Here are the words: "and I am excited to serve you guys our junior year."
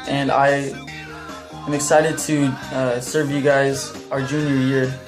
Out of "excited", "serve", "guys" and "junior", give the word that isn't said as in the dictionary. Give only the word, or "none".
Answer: none